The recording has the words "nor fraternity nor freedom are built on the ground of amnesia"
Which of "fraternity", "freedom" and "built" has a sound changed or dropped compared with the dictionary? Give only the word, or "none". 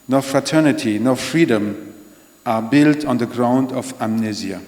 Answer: none